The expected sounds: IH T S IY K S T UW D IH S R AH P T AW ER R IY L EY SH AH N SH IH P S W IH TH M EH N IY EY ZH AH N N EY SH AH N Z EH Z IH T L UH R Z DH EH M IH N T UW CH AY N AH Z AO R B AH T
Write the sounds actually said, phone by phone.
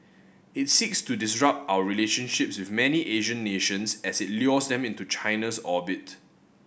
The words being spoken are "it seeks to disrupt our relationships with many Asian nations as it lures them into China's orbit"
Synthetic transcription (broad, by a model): IH T S IY K S T UW D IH S R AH P T AW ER R IY L EY SH AH N SH IH P S W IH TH M EH N IY EY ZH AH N N EY SH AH N S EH S IH T L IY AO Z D EH M IH N T UW CH AY N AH S AO B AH T